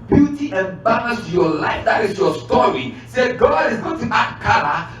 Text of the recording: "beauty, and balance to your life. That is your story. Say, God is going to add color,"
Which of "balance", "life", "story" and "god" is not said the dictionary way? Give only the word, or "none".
balance